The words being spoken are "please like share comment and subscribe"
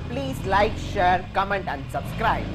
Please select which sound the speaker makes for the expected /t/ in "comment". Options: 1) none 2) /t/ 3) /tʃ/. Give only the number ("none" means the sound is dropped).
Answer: 2